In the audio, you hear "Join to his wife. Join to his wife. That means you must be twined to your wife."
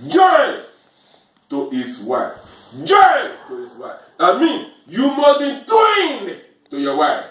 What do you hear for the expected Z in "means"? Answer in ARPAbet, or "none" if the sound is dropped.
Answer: none